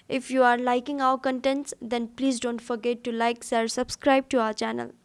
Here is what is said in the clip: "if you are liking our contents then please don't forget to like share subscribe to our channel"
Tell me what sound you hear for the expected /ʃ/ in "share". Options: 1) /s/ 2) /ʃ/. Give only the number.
1